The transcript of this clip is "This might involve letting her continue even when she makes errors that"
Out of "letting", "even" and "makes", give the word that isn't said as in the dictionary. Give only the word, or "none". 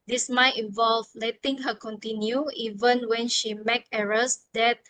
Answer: makes